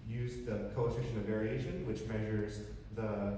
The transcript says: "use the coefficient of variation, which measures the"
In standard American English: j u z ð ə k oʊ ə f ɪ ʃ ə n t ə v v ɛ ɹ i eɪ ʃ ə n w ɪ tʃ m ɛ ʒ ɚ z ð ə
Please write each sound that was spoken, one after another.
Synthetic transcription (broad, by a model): j u z ð ə k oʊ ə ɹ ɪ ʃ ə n ə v v ɛ ɹ i eɪ ʃ ə n w ɪ tʃ m ɛ ʒ ɚ z ð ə